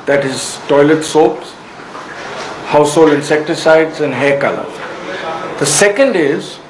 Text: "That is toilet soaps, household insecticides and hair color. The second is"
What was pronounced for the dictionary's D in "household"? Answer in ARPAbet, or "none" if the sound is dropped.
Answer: none